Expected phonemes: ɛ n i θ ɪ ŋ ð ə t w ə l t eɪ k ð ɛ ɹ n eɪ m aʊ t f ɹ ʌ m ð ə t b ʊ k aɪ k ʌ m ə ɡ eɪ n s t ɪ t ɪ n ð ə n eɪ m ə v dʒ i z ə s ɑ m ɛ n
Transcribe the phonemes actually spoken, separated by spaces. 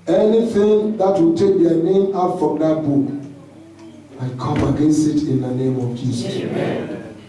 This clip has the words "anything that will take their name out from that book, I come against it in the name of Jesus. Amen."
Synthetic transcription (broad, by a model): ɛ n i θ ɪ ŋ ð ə t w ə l t eɪ k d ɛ n eɪ m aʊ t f ɹ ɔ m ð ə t b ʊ k aɪ k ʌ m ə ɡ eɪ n s ɪ t ɪ n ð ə n eɪ m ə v dʒ i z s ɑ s